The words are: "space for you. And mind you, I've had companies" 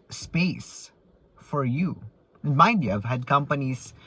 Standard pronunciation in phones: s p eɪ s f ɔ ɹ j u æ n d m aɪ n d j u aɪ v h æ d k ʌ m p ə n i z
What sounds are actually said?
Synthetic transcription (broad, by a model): s p eɪ s f ɔ ɹ j u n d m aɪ d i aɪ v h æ d k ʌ m p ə n i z